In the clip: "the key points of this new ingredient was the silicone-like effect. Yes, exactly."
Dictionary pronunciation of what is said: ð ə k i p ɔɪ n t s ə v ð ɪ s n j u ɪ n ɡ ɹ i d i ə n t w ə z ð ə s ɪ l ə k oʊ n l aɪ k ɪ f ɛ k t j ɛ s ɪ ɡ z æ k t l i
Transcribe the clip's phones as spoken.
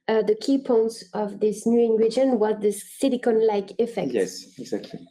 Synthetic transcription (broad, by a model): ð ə k i p ɔɪ n t s ə v ð ɪ s n j u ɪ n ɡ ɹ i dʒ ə n w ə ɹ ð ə s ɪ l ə k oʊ n l aɪ k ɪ f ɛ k j ɛ s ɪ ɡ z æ k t l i